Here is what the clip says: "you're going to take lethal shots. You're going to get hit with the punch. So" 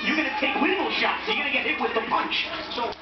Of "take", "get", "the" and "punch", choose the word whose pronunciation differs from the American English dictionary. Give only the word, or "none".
none